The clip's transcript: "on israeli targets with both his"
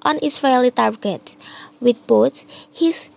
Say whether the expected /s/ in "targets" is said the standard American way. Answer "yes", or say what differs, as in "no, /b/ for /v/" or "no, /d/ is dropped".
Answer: no, /s/ is dropped